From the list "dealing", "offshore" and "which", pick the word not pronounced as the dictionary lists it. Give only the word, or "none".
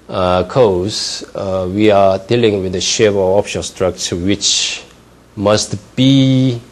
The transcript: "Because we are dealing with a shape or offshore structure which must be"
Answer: offshore